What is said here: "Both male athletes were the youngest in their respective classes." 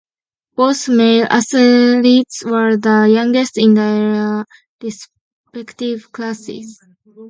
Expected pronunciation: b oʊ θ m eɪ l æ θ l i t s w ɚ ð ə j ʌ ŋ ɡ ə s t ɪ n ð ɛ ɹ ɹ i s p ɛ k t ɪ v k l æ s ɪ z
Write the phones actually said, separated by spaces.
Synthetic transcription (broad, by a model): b oʊ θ m eɪ l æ s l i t s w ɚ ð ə j ʌ ŋ ɡ ə s t ɪ n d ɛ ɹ ɹ i s p ɛ k t ɪ v k l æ s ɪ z